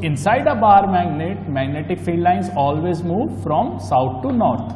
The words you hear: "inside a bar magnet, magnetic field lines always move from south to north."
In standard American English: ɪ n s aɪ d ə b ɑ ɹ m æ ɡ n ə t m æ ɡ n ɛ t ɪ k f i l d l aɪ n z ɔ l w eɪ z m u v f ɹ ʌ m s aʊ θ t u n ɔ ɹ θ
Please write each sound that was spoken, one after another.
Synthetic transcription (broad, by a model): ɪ n s aɪ d ə b ɑ ɹ m æ ɡ n ə t m æ ɡ n ɛ t ɪ k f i d l aɪ n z ɔ l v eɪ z m u v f ɹ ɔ m s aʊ t t u n ɔ ɹ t